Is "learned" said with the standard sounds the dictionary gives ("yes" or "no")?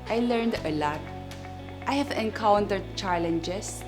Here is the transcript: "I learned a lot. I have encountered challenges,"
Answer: yes